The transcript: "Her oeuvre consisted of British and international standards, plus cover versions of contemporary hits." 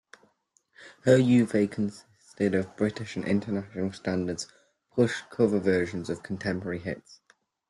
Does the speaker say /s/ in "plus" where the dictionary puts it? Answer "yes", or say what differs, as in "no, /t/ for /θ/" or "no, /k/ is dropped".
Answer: no, /ʃ/ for /s/